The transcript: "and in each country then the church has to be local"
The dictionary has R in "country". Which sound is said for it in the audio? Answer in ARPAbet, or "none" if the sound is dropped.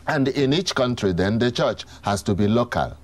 R